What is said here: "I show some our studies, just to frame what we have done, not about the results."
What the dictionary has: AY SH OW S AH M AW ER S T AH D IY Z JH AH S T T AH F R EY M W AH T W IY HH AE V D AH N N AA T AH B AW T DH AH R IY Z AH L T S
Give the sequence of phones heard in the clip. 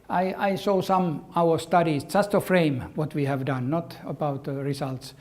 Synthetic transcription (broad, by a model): AY S OW S AH M AW ER S T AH D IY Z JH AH S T T AH F R EY M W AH T W IY HH AE V D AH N N AA T AH B AW T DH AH R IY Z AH L T S